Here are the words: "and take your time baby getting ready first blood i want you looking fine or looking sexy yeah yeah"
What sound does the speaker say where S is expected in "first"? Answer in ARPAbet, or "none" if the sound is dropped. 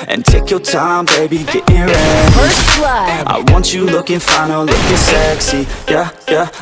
none